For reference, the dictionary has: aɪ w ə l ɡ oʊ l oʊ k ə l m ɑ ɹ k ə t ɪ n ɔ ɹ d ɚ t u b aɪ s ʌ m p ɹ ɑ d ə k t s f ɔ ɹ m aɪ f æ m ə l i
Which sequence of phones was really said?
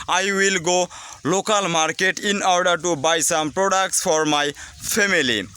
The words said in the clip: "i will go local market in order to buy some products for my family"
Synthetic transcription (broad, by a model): aɪ w ə l ɡ oʊ l oʊ k ə l m ɑ ɹ k ə t ɪ n ɔ ɹ d ɚ t u b aɪ s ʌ m p ɹ ɑ d ə k t s f ɔ ɹ m aɪ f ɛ m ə l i